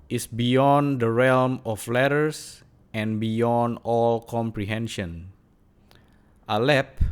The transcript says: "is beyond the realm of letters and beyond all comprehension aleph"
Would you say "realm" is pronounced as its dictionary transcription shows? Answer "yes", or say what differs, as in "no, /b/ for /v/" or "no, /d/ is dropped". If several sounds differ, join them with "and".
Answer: yes